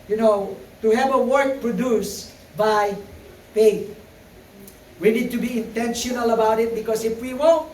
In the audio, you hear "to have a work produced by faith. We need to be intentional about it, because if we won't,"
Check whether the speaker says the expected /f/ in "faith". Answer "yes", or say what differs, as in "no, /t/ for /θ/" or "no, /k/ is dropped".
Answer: no, /p/ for /f/